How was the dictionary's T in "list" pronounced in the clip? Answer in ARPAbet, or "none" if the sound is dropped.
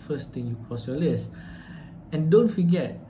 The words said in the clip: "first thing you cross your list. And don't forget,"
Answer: none